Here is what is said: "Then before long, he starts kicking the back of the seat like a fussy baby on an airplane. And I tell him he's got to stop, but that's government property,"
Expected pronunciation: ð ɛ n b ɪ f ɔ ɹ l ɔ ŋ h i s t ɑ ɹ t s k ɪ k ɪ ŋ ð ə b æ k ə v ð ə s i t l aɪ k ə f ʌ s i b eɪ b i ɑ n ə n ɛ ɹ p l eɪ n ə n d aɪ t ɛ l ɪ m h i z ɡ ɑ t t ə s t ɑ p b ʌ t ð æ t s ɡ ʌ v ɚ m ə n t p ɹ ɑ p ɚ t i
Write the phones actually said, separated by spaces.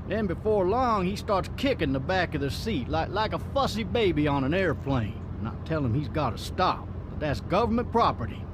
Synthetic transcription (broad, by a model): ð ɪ n b ɪ f ɔ ɹ l ɔ ŋ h i s t ɑ ɹ t s k ɪ k ɪ ŋ ð ə b æ k ə v ð ə s i t l aɪ k ə f ʌ s i b eɪ b i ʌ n ə n ɛ ɹ f l eɪ ə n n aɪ t ɛ l ɪ m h i z ɡ ɑ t t ə s t ɑ p b ʌ t ð æ t s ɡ ʌ v ɚ m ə n p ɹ ɑ p ɚ t i